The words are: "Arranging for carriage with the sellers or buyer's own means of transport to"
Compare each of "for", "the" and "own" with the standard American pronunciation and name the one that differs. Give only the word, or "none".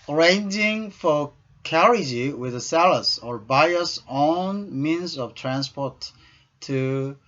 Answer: none